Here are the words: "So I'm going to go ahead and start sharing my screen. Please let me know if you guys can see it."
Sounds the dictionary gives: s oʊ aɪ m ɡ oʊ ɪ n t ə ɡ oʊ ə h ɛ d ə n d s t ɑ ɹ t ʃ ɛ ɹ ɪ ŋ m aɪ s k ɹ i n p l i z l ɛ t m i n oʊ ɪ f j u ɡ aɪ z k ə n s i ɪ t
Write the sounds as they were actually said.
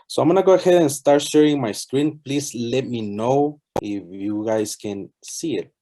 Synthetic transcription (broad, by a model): s oʊ aɪ m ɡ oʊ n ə ɡ oʊ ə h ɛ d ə n s t ɑ ɹ t ʃ ɛ ɹ ɪ ŋ m aɪ s k ɹ i n p l i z l ɛ t m i n oʊ ɪ f j u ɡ aɪ s k ə n s i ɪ t